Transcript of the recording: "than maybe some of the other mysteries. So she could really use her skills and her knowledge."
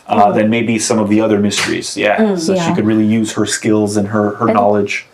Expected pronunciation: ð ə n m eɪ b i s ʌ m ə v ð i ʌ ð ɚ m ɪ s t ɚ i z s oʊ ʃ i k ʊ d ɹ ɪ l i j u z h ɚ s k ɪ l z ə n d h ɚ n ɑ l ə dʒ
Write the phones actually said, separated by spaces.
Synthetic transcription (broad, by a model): ð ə n m eɪ b i s ʌ m ə v ð i ʌ ð ɚ m ɪ s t ɚ i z s oʊ ʃ i k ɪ d ɹ ɪ l i j u z h ɚ s k ɪ l z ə n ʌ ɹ ɚ n ɑ l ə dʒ